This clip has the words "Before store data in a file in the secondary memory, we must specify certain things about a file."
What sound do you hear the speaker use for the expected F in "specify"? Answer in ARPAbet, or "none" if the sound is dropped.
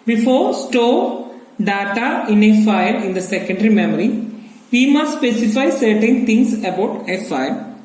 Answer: F